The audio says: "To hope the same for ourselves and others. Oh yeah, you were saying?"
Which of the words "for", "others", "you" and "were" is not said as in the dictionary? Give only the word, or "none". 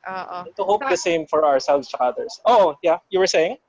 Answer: others